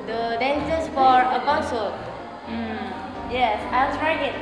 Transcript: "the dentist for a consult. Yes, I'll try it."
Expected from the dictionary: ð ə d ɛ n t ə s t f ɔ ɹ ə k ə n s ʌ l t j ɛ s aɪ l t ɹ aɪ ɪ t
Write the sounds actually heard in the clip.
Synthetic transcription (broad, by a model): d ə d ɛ n s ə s f ɔ ɹ ə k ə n s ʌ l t j ɛ s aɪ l s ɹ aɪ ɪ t